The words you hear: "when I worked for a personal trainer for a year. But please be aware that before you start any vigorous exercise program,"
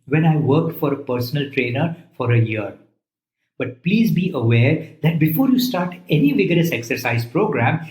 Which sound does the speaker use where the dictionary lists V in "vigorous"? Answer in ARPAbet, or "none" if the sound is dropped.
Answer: V